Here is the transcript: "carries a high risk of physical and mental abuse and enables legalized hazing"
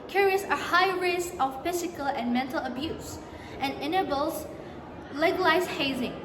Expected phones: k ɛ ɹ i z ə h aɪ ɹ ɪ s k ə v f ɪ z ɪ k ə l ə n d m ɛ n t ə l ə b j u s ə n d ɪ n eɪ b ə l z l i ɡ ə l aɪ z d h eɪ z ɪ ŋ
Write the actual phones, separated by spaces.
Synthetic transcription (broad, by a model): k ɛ ɹ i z ə h aɪ ɹ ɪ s ə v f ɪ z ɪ k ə l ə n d m ɛ n t ə l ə b j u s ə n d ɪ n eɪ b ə l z l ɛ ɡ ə l aɪ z h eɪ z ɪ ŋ